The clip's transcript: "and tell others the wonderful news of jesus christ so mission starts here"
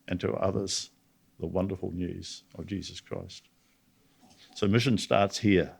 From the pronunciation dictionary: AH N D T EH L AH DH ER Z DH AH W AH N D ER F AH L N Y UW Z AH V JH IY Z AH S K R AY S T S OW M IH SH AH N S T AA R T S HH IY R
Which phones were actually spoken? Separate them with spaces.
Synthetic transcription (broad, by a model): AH N T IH AH DH ER Z DH AH W AH N D ER F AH L N Y UW Z AH V JH IY Z AH S K R AY S T S OW M IH SH AH N S T AA R T S HH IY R